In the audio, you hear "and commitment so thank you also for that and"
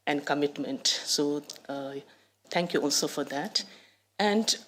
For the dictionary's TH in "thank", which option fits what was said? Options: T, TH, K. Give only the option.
T